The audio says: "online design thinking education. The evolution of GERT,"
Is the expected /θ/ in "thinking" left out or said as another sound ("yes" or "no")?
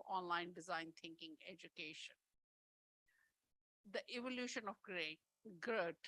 yes